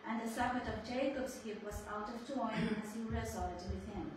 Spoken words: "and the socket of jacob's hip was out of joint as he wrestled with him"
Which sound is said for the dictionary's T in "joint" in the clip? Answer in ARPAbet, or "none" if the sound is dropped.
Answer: none